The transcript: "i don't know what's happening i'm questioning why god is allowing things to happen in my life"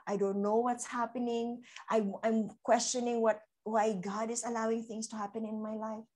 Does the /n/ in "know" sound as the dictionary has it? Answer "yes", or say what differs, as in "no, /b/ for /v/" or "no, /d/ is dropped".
yes